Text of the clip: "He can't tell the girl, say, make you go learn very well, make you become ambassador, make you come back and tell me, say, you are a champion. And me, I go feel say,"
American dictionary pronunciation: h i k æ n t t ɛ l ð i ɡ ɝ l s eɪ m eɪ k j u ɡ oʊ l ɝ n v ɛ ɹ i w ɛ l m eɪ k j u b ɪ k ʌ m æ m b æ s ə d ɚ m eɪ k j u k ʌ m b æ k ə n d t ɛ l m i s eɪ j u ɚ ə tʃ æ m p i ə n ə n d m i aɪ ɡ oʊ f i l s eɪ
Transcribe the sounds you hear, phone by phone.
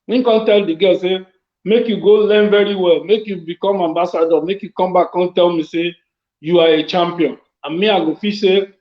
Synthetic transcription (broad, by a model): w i k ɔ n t t ɛ l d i ɡ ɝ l s eɪ m eɪ k j u ɡ oʊ l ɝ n v ɛ ɹ i w ɛ l m eɪ k j u b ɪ k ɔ m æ m b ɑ s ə d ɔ m eɪ k j u k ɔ m b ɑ k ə n t ɛ l m i s eɪ j u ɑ ə tʃ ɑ m p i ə n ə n m i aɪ ɡ oʊ f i s eɪ